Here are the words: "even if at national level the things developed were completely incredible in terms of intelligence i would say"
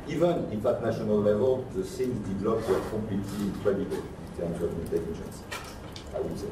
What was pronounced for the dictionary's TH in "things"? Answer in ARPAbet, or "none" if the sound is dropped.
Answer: S